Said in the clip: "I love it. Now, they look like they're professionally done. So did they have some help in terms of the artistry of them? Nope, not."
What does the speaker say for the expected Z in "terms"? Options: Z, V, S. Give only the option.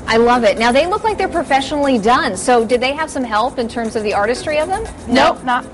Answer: Z